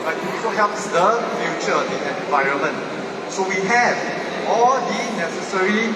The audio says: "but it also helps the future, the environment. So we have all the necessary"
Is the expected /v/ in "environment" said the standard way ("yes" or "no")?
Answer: yes